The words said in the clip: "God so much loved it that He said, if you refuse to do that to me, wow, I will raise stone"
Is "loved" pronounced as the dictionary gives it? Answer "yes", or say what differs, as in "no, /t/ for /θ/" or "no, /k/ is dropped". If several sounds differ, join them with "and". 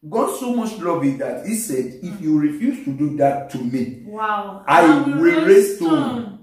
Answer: no, /d/ is dropped